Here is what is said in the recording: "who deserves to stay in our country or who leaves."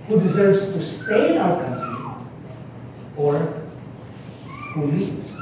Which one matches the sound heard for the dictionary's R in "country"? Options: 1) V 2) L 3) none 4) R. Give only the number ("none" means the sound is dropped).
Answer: 3